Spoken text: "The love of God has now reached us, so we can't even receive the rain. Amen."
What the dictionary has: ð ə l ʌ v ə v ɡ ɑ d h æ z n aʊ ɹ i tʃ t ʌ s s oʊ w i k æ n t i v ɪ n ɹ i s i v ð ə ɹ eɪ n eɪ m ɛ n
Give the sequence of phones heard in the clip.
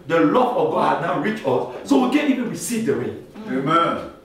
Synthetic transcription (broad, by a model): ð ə l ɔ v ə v ɡ ɑ d h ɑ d n aʊ ɹ i tʃ ɔ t s oʊ w i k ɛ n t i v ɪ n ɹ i s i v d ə ɹ eɪ n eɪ m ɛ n